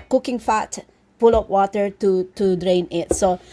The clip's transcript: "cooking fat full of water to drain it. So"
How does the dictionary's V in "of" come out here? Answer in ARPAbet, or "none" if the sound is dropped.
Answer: P